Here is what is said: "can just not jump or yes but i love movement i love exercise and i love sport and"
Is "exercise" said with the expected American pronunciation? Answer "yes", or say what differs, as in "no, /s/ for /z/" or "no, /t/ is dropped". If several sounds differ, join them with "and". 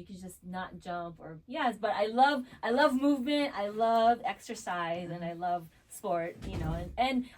yes